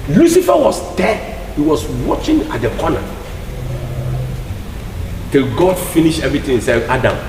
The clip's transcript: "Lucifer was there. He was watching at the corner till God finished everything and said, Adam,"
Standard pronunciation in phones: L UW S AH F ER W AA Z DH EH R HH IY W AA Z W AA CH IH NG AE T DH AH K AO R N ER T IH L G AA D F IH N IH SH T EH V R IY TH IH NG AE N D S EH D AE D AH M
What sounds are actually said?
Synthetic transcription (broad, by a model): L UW S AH F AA W AA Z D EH HH IY W AA S W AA CH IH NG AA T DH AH K AO N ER T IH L G AA D F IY N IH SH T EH V R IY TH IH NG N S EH AA D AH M